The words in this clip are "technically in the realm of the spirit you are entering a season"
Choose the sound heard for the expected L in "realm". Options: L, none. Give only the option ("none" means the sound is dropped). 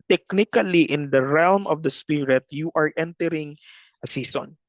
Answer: L